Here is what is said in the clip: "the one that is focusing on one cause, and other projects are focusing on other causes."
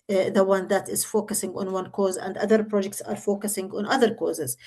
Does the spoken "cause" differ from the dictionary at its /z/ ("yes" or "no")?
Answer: no